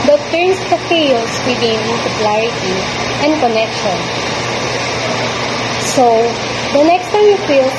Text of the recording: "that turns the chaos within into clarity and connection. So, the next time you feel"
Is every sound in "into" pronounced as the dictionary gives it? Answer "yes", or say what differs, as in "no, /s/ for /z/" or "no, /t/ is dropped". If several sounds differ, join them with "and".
no, /l/ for /n/